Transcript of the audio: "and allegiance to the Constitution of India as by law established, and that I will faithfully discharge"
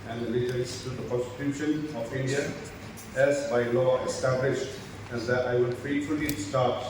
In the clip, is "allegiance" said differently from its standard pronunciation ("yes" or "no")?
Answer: yes